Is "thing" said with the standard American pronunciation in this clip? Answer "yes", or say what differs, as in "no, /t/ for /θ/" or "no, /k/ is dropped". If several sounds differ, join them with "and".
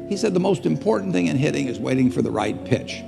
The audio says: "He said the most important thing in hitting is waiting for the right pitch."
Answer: yes